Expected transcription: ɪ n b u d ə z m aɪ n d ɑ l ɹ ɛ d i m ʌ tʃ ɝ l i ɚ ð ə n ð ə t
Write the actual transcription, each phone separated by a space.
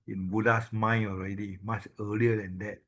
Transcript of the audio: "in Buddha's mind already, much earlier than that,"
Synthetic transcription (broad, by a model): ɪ n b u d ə s m aɪ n ɑ l ɹ ɛ d i m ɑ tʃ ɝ l i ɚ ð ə n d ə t